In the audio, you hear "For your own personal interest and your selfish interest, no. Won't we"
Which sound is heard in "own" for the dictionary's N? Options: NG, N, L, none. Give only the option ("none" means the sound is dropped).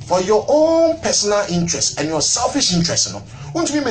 N